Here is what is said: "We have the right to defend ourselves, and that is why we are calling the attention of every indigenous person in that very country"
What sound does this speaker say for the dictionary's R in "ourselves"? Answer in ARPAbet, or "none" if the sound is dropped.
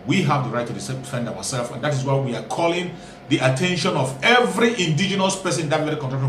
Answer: W